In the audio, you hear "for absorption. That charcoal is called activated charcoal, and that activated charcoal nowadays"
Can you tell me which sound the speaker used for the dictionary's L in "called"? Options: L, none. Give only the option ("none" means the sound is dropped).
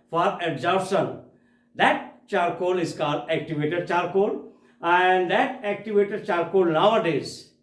none